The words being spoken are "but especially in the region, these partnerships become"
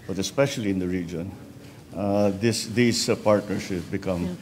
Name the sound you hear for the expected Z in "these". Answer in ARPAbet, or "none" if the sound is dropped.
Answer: S